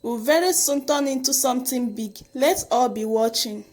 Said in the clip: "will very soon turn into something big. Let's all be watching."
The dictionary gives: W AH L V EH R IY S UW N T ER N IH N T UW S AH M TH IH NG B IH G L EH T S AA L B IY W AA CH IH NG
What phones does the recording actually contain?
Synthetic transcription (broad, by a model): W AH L V EH R IY S UW N T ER N IH N T UW S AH M T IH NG B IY G L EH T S AA L B IY W AA CH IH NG